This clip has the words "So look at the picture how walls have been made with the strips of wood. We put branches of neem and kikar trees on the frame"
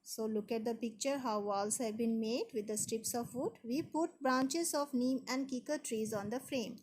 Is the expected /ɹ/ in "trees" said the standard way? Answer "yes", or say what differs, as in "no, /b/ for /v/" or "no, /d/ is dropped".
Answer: yes